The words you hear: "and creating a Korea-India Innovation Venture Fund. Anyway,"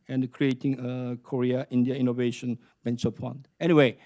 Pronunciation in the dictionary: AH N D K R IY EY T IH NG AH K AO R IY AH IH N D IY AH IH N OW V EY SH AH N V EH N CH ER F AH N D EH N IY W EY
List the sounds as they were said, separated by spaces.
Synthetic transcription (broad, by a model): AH N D K R IY EY T IH NG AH K AO R IY AH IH N D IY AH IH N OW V EY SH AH N B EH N S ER P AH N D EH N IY W EY